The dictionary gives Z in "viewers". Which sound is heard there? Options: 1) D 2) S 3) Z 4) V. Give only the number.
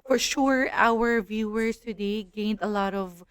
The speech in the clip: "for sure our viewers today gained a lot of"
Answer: 2